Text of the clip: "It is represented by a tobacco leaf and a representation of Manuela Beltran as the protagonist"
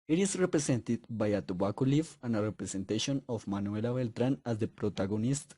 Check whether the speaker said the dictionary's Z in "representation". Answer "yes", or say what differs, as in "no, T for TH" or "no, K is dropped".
no, S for Z